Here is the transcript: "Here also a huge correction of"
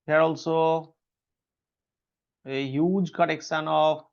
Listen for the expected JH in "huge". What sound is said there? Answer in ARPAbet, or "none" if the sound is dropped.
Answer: JH